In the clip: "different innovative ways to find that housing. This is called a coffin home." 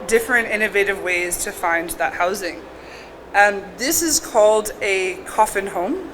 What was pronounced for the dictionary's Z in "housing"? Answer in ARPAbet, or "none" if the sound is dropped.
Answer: Z